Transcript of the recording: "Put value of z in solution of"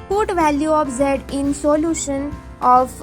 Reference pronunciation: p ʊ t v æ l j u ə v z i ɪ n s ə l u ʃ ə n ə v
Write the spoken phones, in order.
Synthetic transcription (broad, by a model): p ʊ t v æ l j u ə p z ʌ ɪ n s ə l u ʃ ə n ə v